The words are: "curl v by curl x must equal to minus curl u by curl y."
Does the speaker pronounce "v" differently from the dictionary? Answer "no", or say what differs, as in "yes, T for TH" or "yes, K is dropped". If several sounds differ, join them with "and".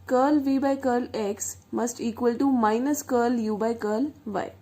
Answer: no